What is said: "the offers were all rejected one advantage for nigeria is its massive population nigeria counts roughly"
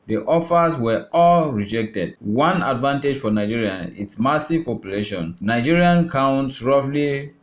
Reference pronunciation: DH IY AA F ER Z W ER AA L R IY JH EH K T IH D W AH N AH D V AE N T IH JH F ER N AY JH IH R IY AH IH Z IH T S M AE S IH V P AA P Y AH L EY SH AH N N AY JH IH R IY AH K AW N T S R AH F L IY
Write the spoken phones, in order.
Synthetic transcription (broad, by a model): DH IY AA F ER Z W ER AA L R IY JH EH K T IH D W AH N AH D V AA N T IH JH F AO N AY JH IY R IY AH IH T S M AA S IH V P AA P Y AH L EY SH AH N N AY JH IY R IY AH K AW N T S R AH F L IY